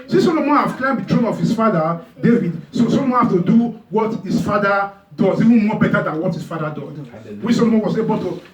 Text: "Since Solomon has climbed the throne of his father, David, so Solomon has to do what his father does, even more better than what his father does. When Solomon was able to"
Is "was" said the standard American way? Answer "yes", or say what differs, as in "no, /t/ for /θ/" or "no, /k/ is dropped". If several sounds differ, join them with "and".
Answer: no, /s/ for /z/